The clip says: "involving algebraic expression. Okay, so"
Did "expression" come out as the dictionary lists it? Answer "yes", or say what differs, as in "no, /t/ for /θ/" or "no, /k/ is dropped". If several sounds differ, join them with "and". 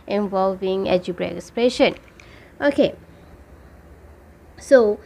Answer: no, /k/ is dropped